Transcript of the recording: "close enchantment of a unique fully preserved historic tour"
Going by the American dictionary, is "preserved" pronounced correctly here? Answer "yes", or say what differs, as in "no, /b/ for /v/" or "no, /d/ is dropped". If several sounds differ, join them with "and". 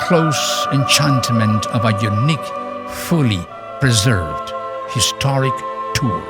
yes